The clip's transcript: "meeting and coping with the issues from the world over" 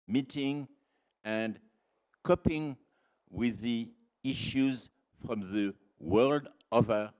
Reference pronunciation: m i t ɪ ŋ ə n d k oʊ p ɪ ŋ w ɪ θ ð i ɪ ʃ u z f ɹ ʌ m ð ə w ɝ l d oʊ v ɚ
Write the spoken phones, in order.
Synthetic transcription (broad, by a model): m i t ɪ ŋ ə n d k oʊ p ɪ ŋ w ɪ ð i ɪ ʃ u z f ɹ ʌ m ð ə w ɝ l d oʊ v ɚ